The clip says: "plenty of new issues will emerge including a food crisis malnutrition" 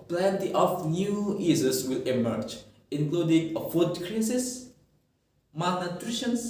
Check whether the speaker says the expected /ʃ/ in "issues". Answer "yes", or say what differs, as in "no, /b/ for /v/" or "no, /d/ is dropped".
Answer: no, /s/ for /ʃ/